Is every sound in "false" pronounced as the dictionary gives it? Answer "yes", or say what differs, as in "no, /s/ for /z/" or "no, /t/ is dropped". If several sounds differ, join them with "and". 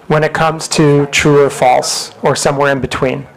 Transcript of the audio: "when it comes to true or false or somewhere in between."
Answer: yes